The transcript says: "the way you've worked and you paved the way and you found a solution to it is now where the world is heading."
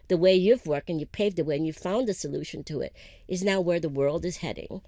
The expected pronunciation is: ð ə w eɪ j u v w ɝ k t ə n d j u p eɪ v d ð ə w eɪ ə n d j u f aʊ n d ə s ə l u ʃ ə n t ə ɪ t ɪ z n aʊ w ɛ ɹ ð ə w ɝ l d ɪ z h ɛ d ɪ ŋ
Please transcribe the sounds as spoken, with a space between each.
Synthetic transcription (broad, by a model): ð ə w eɪ j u v w ɝ k t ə n j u p eɪ v d ð ə w eɪ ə n j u f aʊ n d ə s ə l u ʃ ə n t ə ɪ t ɪ z n aʊ w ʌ ɹ ð ə w ɝ l d ɪ z h ɛ d ɪ ŋ